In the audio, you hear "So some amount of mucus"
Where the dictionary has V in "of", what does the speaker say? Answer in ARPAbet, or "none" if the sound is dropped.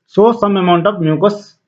B